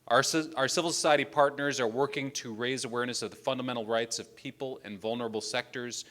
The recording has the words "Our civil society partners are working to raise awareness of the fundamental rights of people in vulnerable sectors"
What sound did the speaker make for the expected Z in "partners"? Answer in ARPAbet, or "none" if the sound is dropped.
Z